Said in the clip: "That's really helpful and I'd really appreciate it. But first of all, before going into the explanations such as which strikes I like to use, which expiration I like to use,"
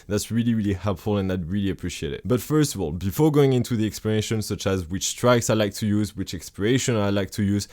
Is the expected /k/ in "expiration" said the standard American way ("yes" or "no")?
yes